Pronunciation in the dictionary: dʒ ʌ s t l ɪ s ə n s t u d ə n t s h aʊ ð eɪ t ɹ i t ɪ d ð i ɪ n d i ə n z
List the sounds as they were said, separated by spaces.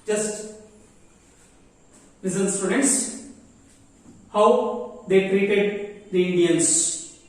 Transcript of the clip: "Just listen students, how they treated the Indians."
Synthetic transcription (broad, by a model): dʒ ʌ s t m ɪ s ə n s t u d ə n t s h aʊ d eɪ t ɹ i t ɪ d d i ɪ n d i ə n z